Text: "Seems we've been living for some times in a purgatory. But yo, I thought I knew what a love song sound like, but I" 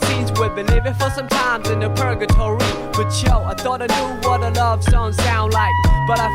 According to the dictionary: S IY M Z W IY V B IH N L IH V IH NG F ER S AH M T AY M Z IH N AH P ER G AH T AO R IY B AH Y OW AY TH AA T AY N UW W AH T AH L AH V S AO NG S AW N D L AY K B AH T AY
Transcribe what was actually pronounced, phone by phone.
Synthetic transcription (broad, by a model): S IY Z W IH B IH L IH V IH F ER S AH M T AY M Z IH N AH P ER G AH T AO R IY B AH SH OW AY TH AA T AY N UW W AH T AH L AH V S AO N S AW N D L AY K B AH T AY